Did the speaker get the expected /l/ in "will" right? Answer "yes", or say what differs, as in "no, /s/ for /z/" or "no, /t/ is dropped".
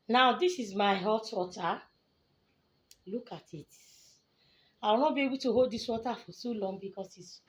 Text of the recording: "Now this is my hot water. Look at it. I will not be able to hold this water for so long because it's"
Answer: no, /w/ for /l/